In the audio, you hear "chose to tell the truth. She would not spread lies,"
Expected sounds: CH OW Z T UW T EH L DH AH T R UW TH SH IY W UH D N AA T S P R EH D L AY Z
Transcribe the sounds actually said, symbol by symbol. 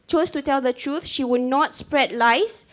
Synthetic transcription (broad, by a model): CH OW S T UW T EH L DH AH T R UW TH SH IY W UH D N AA T S P R EH D L AY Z